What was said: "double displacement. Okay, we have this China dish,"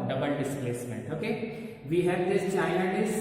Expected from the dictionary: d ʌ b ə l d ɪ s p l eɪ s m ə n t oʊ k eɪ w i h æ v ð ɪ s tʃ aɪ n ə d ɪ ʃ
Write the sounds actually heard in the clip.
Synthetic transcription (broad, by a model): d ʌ b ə l d ɪ s p l eɪ s m ə n t oʊ k eɪ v i h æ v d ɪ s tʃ aɪ ə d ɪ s